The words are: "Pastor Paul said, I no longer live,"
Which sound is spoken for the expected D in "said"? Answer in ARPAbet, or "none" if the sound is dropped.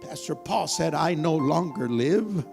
D